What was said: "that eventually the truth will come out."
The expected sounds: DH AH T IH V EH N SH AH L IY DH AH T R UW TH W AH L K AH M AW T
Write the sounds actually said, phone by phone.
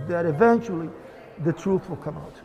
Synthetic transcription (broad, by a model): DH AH T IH V EH N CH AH L IY DH AH T R UW TH W AH L K AH M AW T